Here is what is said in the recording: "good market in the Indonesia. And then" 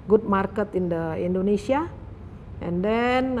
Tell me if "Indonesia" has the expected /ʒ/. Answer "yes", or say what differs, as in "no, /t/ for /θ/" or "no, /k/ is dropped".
no, /s/ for /ʒ/